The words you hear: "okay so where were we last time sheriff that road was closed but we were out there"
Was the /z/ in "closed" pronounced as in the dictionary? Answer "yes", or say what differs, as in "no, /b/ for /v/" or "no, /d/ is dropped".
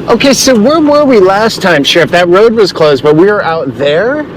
yes